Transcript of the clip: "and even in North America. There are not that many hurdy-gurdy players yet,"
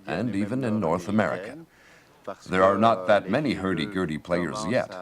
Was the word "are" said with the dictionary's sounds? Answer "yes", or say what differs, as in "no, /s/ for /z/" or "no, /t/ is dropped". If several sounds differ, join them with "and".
yes